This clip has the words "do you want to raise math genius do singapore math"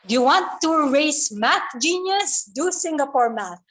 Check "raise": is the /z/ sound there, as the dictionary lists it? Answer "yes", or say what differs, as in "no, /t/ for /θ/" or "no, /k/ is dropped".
no, /s/ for /z/